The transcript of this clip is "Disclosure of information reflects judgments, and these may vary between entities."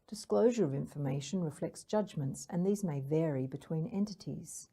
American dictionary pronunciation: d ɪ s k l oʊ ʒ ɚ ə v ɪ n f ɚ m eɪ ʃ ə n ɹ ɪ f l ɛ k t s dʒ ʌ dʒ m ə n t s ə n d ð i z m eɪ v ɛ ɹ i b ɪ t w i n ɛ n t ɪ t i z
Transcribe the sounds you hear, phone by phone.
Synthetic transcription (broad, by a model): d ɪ s k l oʊ ʒ ɚ ə v ɪ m f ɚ m eɪ ʃ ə n ɹ ɪ f l ɛ k t s dʒ ʌ dʒ m ə n t s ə n ð i z m eɪ v ɛ ɹ i b ɪ t w i n ɛ n t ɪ t i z